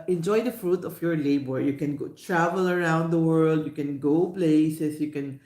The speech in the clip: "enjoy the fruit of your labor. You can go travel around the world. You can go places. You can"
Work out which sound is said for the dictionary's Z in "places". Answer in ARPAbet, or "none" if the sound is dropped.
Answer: S